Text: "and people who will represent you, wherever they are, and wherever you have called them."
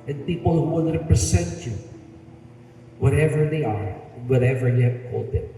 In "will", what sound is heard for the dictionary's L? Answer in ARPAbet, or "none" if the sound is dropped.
N